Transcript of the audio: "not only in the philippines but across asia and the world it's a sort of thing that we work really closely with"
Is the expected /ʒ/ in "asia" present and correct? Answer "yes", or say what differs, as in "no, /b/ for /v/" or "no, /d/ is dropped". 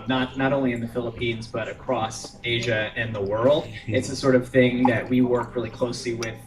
yes